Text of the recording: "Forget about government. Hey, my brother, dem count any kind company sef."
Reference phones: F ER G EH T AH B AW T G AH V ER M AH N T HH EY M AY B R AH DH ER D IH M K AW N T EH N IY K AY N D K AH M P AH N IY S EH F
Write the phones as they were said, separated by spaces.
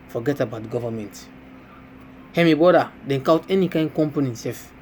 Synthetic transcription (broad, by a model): F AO G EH T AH B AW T G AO V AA M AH N T HH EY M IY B AO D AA D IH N K AW T EH N IY K AY N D K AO M P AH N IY S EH F